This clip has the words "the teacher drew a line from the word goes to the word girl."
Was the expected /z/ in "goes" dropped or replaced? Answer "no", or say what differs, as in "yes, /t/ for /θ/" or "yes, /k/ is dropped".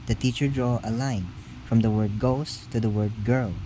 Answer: yes, /s/ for /z/